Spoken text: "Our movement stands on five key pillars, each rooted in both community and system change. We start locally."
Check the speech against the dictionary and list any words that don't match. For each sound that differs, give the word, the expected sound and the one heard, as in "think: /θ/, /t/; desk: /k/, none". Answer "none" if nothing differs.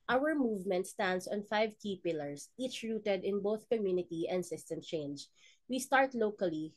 stands: /z/, /s/; pillars: /z/, /s/